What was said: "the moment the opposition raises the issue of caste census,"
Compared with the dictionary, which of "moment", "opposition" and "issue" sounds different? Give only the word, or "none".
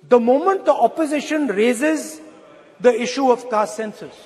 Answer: none